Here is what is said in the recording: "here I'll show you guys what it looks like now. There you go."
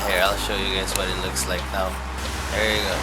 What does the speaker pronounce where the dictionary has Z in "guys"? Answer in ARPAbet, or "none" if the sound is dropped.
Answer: S